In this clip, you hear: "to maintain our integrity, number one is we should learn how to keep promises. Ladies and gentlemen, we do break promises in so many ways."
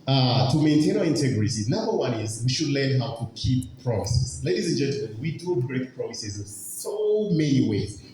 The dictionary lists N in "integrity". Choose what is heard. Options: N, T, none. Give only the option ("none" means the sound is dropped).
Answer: N